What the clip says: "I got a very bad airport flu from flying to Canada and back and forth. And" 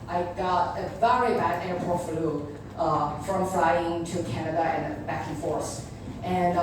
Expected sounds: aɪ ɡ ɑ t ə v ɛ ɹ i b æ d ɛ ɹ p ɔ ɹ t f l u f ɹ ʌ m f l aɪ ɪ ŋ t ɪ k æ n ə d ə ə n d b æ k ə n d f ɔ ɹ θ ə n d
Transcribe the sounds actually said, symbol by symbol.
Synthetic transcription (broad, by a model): aɪ ɡ ɑ t ə v ɛ ɹ i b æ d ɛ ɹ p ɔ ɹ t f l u f ɹ ʌ m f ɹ aɪ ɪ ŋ t ɪ k æ n ə d ə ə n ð b æ k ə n f ɔ ɹ s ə n